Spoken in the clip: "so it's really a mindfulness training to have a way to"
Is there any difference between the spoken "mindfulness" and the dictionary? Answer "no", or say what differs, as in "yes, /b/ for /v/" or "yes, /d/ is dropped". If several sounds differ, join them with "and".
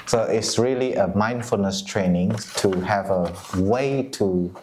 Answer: no